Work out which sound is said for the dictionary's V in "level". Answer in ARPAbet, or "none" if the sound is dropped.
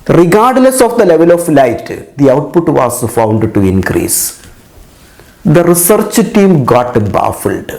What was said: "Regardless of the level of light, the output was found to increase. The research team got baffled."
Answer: V